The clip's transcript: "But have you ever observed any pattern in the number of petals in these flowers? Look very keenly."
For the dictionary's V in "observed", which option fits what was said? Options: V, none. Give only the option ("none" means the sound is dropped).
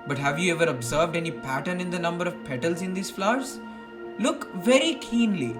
V